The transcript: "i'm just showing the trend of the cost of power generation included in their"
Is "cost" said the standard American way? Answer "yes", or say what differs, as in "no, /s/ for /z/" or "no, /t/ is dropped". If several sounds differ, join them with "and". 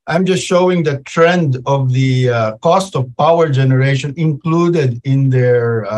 yes